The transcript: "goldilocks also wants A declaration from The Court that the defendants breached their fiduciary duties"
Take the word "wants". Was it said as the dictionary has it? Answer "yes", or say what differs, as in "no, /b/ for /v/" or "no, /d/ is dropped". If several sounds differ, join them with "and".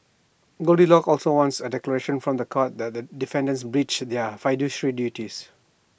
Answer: yes